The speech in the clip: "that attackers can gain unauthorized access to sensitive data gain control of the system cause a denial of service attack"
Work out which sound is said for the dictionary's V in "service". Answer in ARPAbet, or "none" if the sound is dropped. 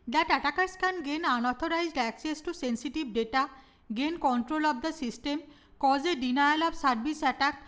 B